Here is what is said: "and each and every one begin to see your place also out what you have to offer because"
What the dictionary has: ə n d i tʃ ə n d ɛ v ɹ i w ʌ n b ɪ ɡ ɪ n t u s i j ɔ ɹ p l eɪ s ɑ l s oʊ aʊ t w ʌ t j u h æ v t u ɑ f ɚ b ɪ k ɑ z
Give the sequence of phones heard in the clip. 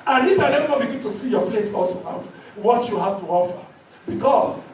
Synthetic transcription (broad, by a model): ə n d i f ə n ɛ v i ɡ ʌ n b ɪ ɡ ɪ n t u s i j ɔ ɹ p l eɪ s ɑ l s oʊ aʊ t w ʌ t j u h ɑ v t u ɑ f ɚ b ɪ k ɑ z